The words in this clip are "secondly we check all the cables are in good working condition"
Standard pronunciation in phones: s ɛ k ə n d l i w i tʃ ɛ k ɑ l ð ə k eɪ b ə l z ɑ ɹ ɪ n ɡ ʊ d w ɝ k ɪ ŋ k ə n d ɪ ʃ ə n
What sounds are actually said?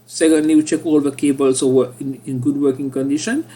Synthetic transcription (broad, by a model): s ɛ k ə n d l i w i tʃ ɛ k ɑ l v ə k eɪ b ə l s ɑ w ɪ n ɡ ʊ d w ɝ k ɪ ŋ k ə n d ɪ ʃ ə n